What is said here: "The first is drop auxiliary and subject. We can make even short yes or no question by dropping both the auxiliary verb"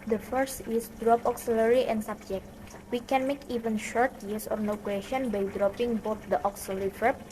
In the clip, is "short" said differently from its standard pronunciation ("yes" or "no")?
no